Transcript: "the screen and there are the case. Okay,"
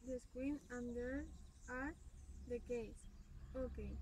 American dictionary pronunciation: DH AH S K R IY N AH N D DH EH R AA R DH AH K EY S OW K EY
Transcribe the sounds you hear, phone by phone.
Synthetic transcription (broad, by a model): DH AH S K W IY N AH N D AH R AA R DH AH K EY S OW K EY